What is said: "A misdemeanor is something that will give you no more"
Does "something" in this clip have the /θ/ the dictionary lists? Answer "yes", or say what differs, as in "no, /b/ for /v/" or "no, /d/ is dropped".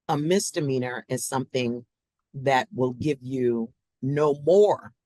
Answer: yes